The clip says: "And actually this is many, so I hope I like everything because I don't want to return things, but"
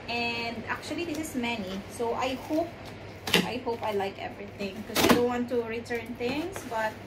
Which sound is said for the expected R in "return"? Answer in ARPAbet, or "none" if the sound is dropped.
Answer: R